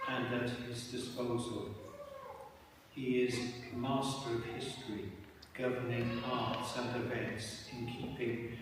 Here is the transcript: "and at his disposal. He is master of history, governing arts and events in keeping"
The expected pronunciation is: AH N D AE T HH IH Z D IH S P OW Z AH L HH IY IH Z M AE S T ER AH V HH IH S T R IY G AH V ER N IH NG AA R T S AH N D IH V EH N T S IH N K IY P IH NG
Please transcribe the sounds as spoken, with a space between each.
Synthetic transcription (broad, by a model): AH N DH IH T HH IH Z D IH S P OW Z AH L HH IY IH Z M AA S T ER AH V HH IH S T R IY G AH V ER N IH NG AA R T S AH N D IH V EH N T S IH N K IY P IH NG